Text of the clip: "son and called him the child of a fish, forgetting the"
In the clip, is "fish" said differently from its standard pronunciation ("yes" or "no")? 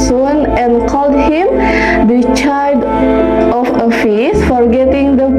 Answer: yes